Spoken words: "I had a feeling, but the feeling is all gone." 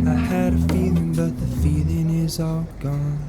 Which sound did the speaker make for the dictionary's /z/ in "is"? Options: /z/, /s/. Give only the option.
/z/